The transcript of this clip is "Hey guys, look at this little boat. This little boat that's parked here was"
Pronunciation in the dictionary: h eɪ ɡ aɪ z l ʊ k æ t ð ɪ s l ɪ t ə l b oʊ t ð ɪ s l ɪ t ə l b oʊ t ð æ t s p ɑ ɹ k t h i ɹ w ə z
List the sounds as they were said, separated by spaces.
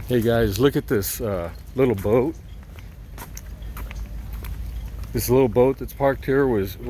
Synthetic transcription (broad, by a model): h eɪ ɡ aɪ z l ʊ k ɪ t ð ɪ s l ɪ t l b oʊ t ð ɪ s l ɪ t l b oʊ t ð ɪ t s p ɑ ɹ k t h i ɹ w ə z